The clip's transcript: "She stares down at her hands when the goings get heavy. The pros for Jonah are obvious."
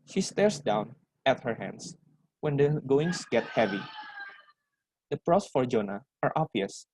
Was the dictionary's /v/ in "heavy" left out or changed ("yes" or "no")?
no